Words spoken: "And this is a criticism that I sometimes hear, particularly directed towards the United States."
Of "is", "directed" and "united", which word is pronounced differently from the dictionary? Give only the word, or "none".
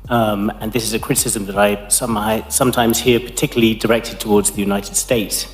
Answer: none